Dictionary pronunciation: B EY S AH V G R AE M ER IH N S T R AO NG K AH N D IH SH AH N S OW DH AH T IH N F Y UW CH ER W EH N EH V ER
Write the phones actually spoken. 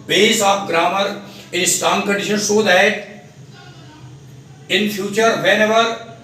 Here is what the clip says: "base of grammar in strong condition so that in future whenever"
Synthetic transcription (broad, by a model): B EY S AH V G R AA M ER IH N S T AO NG K AH N D IH SH AH N S OW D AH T IH N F Y UW CH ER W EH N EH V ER